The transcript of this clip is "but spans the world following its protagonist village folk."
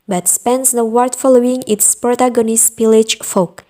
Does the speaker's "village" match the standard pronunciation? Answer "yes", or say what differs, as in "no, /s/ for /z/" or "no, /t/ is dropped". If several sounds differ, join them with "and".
no, /p/ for /v/